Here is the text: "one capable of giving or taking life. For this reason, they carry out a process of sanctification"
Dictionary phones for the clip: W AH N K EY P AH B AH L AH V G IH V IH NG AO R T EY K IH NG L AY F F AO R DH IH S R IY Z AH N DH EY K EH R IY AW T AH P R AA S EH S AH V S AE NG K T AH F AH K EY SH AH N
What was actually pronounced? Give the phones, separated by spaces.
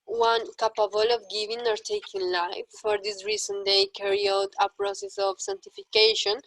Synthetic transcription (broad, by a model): W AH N K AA P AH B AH L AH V G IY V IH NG AO R T EY K IH NG L AY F F AO R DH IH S R IY S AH N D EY K EH R IY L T AH P R AA S EH S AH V S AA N T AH F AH K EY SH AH N